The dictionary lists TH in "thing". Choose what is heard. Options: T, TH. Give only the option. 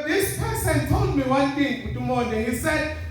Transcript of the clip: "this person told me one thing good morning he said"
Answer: T